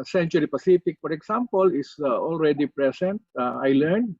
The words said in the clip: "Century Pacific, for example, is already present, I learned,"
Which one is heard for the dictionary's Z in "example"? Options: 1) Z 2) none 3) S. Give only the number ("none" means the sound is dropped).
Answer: 3